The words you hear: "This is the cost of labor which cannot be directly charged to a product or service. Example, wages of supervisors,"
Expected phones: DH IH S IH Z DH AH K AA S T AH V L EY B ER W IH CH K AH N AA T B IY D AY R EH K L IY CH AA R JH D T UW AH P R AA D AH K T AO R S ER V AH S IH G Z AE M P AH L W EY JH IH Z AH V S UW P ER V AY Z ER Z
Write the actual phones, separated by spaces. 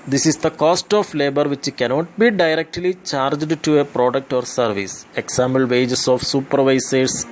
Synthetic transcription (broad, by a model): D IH S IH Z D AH K AA S T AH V L EY B ER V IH CH K AH N AA T B IY D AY R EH K L IY CH AA R JH D T UW AH P R AA D AH K T AO R S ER V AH S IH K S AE M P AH L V EY JH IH S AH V S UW P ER V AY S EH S